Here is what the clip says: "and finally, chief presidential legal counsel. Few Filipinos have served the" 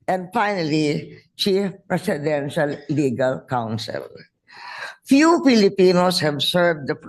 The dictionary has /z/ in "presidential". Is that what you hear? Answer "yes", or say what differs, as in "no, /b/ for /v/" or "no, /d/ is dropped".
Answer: no, /s/ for /z/